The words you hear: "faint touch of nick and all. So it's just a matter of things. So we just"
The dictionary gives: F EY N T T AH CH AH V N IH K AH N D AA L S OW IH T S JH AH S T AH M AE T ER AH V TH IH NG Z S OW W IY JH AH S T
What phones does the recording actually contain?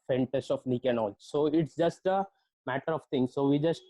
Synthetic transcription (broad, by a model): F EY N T T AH S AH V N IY K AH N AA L S OW IH T S JH AH S T AH M AE T ER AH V T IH NG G S OW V IY JH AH S T